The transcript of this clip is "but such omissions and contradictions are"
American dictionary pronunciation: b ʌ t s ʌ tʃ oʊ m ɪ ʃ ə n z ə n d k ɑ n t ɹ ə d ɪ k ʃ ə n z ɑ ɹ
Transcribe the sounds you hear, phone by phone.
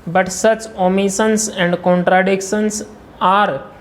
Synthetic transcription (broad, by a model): b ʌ t s ʌ tʃ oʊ m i s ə n s ə n d k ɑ n t ɹ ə d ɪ k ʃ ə n s ɑ ɹ